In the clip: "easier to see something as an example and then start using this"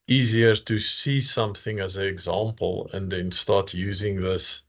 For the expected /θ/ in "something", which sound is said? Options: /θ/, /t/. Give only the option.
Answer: /θ/